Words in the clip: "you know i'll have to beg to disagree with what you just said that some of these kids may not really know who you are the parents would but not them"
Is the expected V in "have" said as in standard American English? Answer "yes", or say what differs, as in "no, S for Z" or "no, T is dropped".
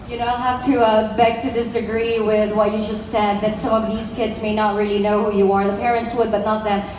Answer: no, F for V